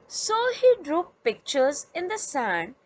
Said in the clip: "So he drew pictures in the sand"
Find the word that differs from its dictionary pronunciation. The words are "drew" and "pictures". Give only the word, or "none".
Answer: none